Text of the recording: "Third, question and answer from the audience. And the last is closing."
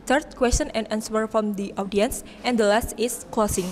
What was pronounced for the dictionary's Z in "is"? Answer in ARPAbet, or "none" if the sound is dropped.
S